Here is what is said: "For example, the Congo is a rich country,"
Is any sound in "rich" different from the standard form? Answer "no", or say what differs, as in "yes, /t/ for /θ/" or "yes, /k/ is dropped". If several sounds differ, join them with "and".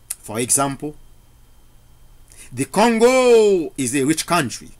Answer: no